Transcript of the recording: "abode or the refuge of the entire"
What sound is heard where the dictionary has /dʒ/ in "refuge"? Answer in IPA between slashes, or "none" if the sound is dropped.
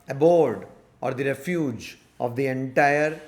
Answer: /dʒ/